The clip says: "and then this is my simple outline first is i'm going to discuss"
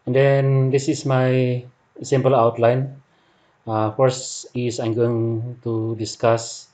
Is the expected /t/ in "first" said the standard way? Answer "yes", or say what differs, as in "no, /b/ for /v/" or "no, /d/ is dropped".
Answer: no, /t/ is dropped